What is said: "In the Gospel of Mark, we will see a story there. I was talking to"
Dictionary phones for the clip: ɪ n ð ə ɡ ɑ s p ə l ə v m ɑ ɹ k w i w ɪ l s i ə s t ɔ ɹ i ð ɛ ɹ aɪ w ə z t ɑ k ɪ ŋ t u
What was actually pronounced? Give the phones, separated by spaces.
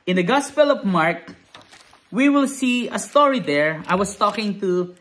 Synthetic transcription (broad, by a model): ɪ n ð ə ɡ ɑ s p ə l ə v m ɑ ɹ k w i w ɪ l s i ə s t ɔ ɹ i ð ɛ ɹ aɪ w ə s t ɑ k ɪ ŋ t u